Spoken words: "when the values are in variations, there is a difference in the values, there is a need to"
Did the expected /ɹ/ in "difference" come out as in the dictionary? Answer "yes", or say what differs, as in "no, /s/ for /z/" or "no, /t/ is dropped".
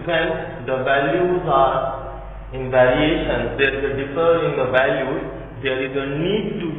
no, /ɹ/ is dropped